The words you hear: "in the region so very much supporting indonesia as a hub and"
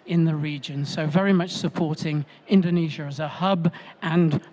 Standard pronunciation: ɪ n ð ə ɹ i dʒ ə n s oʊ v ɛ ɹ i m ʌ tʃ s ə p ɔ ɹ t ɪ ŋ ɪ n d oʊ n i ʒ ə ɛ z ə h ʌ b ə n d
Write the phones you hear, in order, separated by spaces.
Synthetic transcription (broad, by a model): ɪ n ð ə ɹ i dʒ ə n s oʊ v ɛ ɹ i m ʌ tʃ s ə p ɔ ɹ t ɪ ŋ ɪ n d oʊ n i ʒ ə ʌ z ə h ʌ b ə n